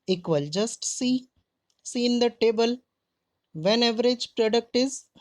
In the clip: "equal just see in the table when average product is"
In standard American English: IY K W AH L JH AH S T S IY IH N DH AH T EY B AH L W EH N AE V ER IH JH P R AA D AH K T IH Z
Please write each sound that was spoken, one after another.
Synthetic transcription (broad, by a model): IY K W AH L JH AH S T S IY IH N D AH T EY B AH L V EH N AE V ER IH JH P R AA D AH K T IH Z